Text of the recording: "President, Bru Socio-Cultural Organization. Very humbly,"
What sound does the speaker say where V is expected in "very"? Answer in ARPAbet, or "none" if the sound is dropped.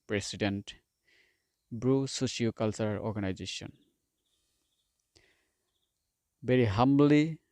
B